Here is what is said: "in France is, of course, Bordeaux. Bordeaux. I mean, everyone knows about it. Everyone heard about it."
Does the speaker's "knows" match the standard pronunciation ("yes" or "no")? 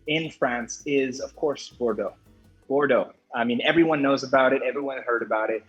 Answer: yes